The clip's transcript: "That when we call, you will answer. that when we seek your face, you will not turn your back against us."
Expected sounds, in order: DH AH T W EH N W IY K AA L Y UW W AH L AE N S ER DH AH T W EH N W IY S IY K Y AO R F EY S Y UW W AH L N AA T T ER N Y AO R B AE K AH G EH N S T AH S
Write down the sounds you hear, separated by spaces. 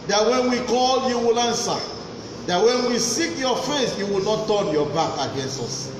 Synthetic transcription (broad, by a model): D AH T W EH N W IY K AA L Y UW W AH L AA N S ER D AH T W EH N W IY S IY K Y AO F EY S Y UW W AH L N AA T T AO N Y AO B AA K AH G EH N S T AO S